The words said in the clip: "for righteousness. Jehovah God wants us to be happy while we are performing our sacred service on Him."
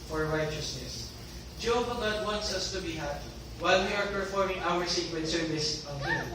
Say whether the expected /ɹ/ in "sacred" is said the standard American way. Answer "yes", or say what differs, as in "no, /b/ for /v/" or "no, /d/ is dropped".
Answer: no, /w/ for /ɹ/